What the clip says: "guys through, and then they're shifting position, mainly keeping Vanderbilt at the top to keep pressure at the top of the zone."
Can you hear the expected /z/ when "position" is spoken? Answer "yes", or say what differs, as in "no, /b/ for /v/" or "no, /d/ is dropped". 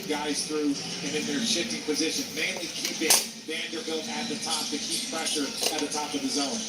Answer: yes